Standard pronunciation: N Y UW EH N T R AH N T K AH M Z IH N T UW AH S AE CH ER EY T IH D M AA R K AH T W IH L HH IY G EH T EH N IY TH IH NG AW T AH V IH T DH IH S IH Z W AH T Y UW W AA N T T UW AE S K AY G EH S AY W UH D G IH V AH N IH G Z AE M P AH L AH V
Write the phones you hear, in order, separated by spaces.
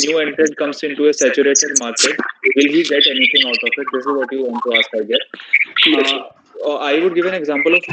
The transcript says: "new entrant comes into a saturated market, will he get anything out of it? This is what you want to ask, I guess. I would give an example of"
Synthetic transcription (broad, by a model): N Y UW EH N T R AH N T K AH M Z IH N T UW AH S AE CH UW EY T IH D M AA R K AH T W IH L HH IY G EH T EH N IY T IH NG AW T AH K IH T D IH S IH Z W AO T Y UW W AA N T T UW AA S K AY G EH AY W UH D G IH V AH N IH G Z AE M P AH L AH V